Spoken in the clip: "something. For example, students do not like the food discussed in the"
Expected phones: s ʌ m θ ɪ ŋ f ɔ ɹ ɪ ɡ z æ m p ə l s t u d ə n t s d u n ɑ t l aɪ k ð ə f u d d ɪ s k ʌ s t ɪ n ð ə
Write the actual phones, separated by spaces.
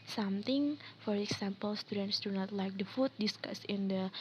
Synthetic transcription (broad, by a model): s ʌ m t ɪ ŋ f ɔ ɹ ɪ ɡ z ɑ m p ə l s t u d ə n t s d u n ɑ t l aɪ k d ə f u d d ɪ s k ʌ s ɪ n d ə